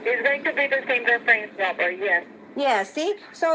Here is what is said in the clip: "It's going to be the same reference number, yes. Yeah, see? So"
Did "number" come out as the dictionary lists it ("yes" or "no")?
no